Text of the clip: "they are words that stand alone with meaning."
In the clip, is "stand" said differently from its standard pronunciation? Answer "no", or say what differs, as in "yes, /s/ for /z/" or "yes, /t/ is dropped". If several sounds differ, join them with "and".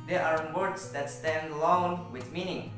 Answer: no